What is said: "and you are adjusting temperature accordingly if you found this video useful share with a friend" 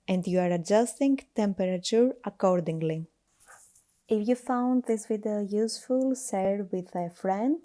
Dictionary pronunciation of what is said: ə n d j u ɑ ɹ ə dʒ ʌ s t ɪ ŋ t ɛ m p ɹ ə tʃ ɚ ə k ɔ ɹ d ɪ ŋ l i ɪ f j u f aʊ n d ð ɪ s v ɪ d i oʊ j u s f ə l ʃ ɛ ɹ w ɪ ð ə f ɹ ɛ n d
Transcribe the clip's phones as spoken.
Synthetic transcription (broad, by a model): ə n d j u ɑ ɹ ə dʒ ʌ s t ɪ ŋ t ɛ m p ɹ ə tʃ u ə k ɔ ɹ d ɪ ŋ l i ɪ f j u f aʊ n d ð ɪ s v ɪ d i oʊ j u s f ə l s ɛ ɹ w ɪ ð ə f ɹ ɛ n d